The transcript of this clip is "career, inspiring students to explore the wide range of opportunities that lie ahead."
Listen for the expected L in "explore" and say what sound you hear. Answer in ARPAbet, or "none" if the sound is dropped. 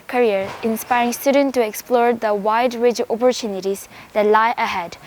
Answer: L